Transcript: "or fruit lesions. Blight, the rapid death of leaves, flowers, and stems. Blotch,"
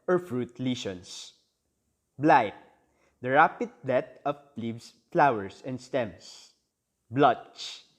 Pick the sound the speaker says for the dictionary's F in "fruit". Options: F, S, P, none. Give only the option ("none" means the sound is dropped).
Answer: F